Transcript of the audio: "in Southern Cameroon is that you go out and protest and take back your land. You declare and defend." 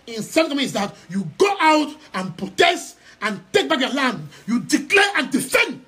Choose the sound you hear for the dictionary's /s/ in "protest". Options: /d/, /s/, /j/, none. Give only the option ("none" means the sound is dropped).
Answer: /s/